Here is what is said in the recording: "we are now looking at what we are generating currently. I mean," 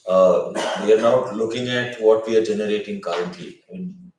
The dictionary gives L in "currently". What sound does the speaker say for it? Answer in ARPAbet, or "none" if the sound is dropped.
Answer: none